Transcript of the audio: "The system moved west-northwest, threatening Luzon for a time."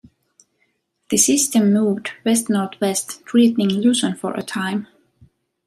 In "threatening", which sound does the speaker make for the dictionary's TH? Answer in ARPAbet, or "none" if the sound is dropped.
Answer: T